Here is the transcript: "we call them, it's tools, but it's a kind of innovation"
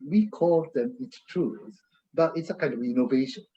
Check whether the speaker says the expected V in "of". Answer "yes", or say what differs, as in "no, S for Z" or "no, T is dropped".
yes